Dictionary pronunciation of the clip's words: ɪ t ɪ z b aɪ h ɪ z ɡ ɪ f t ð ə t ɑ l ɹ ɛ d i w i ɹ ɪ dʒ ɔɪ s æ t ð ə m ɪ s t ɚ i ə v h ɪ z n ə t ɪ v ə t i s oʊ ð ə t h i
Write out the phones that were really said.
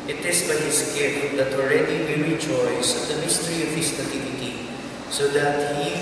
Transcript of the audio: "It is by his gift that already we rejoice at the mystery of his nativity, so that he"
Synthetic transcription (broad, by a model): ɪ t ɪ s b aɪ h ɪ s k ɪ t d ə t ɑ l ɹ ɛ d i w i ɹ ɪ dʒ ɔɪ s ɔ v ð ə m ɪ s t ɚ i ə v h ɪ s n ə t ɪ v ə t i s oʊ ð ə t h i